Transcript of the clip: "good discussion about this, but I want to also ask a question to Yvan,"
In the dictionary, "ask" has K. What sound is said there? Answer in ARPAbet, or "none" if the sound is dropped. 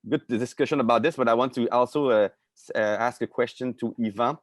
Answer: K